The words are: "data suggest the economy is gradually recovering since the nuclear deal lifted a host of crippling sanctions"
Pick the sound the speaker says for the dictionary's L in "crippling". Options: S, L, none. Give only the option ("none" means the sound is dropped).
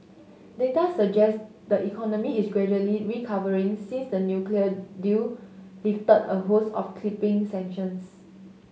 none